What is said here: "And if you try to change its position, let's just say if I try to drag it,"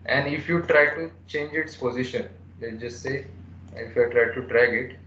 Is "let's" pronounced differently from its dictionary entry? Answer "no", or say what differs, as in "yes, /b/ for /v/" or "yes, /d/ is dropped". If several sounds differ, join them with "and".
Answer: yes, /s/ is dropped